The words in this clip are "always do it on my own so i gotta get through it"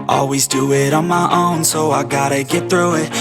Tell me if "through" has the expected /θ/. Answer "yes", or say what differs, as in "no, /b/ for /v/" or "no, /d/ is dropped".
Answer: yes